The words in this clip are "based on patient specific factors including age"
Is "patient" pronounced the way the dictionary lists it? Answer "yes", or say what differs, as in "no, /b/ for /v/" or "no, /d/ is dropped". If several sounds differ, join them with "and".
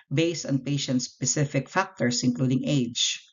yes